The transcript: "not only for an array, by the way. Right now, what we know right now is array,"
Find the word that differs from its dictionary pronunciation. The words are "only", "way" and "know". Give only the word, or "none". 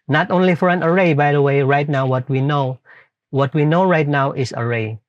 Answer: none